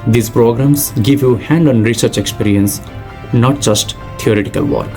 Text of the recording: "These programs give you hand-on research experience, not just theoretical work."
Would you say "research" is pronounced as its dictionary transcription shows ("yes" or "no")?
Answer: yes